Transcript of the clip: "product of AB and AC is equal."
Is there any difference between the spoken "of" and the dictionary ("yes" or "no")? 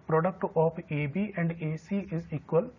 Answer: yes